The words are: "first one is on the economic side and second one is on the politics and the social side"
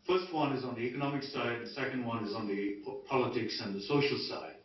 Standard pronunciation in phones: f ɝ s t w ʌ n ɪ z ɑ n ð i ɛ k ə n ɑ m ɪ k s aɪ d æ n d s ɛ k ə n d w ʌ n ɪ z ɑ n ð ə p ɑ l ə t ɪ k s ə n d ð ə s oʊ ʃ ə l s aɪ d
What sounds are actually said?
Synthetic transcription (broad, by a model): f ɝ s t w ʌ n ɪ z n ð i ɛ k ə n ɑ m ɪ k s aɪ d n s ɛ k ə n d w ʌ n ɪ z n ð ə p ɑ l ə t ɪ k s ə n ð ə s oʊ ʃ l s aɪ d